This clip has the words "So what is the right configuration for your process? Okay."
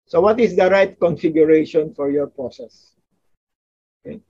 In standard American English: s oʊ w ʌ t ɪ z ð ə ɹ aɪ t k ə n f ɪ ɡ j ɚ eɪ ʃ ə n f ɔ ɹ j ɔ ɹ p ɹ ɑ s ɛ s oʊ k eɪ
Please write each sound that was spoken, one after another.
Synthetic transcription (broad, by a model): s oʊ w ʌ t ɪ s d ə ɹ aɪ t k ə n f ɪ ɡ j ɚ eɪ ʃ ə n f ɔ ɹ j ɔ ɹ p ɹ ɑ s ɛ s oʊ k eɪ